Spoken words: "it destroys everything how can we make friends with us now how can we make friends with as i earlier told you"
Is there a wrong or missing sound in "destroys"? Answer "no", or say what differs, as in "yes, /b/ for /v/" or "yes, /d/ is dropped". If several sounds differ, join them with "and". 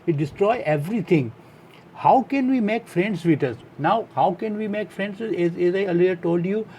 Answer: yes, /z/ is dropped